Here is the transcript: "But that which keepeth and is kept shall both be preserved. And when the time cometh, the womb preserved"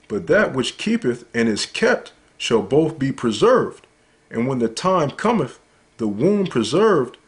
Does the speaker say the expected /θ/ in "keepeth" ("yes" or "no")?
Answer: yes